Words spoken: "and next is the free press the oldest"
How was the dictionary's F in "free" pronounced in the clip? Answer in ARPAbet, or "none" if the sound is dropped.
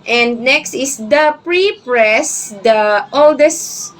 P